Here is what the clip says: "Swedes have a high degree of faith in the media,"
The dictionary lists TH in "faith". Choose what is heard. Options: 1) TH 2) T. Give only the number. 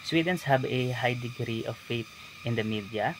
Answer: 2